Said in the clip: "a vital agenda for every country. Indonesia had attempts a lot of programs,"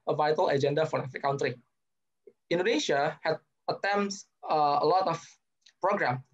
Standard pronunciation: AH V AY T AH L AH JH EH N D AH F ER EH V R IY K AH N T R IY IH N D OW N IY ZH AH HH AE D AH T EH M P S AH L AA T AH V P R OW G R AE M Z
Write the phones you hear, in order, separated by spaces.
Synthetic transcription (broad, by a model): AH V AY T AH L AH JH EH N D AH F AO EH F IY K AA N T R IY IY N D OW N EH SH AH HH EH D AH T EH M S AH L AA T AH F P R OW G R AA M